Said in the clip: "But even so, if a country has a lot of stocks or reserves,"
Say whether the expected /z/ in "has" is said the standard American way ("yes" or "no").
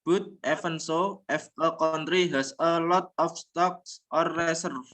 no